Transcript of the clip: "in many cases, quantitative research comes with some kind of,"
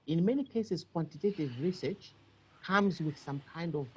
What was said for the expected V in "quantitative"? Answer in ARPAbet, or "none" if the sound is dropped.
V